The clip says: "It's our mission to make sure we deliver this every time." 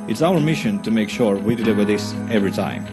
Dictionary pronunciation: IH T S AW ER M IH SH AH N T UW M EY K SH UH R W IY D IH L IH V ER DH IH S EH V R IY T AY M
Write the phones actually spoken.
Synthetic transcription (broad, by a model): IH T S AW ER M IH SH AH N T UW M EY K SH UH R W IY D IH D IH W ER DH IH S EH V R IY T AY M